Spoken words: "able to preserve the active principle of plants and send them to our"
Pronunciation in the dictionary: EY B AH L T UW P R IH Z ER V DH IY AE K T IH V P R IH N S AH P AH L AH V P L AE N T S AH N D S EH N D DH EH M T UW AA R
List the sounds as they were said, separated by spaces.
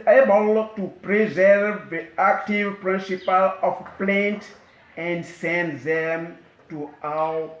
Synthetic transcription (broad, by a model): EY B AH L T UW P R IH Z ER V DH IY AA K T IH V P R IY N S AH P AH L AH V P L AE N T AH N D S EH N D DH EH M T UW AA